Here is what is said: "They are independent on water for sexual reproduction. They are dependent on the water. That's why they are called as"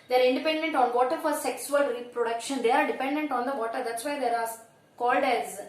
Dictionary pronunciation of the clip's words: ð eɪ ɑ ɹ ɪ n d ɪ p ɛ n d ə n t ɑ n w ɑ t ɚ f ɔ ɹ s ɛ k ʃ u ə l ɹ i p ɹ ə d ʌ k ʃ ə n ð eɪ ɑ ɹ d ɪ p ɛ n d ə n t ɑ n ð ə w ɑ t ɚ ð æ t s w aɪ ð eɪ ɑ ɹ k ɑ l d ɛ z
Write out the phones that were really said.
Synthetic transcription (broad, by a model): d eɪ ɑ ɹ ɪ n d ɪ p ɛ n d ə n t ɑ n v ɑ t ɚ f ɔ ɹ s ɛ k s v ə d ɹ i p ɹ ə d ʌ k ʃ ə n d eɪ ɑ ɹ d ɪ p ɛ n d ə n t ɑ n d ə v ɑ t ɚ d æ t s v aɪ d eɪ ɑ ɹ k ɑ l d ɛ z